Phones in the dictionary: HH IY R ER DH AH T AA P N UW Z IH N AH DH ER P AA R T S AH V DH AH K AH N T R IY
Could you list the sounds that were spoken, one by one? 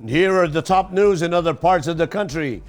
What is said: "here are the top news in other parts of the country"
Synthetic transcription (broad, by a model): HH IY R ER DH AH T AA P N UW Z IH N AH DH ER P AA R T S AH V DH AH K AH N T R IY